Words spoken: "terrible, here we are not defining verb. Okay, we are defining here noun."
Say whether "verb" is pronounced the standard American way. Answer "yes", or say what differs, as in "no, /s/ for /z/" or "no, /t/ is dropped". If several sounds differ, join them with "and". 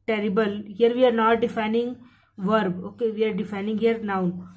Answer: yes